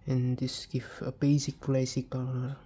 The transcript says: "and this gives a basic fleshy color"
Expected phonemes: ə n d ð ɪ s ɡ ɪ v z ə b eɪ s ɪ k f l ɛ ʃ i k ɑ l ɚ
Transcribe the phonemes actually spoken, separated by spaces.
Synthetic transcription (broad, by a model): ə n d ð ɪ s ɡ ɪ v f ə b eɪ s ɪ k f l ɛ s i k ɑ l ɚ